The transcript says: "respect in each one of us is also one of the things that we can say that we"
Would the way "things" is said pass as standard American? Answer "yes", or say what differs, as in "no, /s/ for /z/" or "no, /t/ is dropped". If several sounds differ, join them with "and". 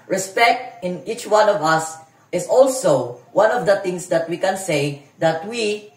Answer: no, /t/ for /θ/